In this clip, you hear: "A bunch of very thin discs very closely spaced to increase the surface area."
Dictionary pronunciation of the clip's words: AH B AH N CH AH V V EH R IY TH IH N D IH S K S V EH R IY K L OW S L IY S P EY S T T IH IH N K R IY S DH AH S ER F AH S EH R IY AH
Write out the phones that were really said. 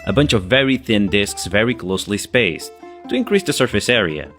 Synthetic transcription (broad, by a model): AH B AH N CH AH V V EH R IY TH IH N D IH S K S V EH R IY K L OW S L IY S P EY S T T IH IH N K R IY S DH AH S ER F AH S EH R IY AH